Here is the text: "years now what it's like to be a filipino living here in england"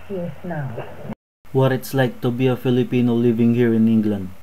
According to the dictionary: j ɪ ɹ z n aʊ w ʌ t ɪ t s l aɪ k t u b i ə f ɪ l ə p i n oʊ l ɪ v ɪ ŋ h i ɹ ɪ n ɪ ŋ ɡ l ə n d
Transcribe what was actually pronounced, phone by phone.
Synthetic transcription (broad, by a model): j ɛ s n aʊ w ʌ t ɪ t s l aɪ k t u b i ə f ɪ l ə p i n oʊ l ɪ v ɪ ŋ h i ɹ ɪ n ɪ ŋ ɡ l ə n d